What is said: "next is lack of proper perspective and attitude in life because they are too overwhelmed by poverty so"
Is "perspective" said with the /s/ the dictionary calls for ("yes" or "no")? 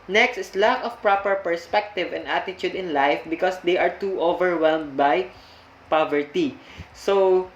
yes